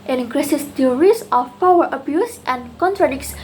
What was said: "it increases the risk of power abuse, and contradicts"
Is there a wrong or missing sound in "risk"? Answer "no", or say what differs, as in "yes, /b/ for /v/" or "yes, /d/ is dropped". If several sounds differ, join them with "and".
yes, /k/ is dropped